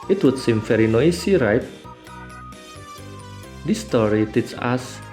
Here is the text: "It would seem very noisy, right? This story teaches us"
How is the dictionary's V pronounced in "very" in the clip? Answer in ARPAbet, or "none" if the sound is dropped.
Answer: F